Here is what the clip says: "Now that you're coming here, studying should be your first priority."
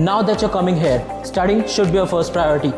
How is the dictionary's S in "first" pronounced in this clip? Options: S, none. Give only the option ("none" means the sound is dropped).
S